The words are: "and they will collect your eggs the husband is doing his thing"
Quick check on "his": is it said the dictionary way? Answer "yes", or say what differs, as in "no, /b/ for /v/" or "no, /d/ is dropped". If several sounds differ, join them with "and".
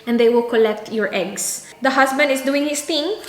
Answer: no, /s/ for /z/